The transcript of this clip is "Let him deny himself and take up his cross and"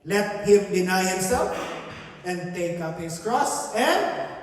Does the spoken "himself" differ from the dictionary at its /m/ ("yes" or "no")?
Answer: yes